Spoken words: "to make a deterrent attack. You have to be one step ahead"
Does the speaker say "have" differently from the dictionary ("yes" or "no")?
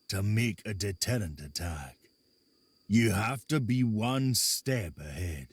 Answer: yes